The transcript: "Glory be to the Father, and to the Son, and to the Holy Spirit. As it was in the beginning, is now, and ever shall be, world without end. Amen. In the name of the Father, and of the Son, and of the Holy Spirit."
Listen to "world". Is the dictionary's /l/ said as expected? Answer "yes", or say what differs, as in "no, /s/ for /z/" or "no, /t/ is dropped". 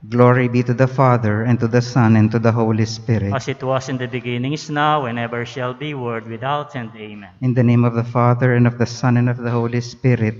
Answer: no, /l/ is dropped